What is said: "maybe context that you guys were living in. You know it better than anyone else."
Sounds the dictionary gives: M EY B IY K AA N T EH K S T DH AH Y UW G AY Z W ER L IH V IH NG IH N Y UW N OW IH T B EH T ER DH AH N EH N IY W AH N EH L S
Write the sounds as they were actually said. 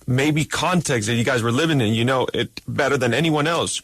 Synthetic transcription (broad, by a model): M EY B IY K AA N T EH K S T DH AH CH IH G AY Z W ER L IH V IH NG IH N Y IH N OW IH T B EH T ER DH AH N EH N IY W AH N EH L S